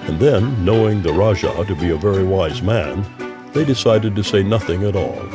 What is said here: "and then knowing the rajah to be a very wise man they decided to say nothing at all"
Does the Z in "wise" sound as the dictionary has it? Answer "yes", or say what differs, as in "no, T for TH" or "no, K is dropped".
yes